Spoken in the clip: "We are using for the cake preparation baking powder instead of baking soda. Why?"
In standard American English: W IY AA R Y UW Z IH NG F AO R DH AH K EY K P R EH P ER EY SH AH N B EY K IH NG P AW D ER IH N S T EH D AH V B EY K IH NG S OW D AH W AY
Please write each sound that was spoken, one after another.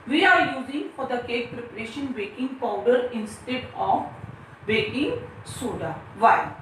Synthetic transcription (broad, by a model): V IY AA R Y UW Z IH NG F AO R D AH K EY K P R EH P ER EY SH AH N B EY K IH NG P AW D ER IH N S T EH D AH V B EY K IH NG S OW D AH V AY